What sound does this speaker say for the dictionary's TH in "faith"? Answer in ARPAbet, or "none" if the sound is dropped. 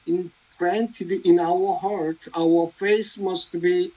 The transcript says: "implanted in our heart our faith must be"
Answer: S